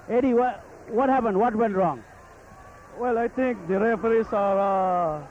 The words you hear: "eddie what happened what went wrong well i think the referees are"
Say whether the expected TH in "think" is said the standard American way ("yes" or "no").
no